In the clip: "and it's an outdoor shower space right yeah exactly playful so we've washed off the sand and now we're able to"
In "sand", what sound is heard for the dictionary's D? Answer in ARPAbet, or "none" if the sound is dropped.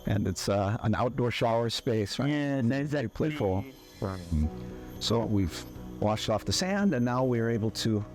D